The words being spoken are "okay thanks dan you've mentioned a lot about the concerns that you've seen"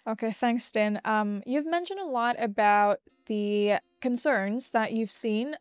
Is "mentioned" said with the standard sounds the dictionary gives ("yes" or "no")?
yes